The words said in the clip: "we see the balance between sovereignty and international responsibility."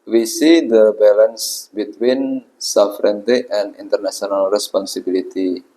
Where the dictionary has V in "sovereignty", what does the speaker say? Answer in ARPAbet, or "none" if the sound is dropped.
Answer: F